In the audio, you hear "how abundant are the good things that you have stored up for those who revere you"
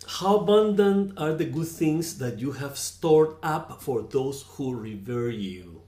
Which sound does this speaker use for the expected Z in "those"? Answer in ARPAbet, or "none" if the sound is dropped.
S